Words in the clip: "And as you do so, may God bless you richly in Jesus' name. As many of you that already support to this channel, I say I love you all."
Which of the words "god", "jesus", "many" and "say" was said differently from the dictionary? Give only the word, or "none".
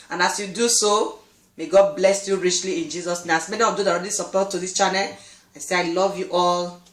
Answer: none